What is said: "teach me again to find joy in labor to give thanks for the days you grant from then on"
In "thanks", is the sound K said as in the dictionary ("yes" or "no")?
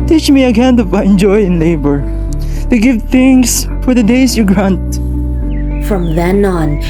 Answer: no